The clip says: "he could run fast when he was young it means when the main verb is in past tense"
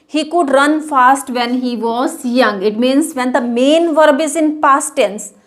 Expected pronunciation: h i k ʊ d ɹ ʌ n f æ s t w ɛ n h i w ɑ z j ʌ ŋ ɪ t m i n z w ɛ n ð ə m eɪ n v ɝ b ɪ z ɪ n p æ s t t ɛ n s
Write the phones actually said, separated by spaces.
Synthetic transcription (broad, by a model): h i k ʊ d ɹ ʌ n f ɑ s t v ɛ n h i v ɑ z j ʌ ŋ ɪ t m i n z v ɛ n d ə m eɪ n v ɝ b ɪ z ɪ n p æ s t t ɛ n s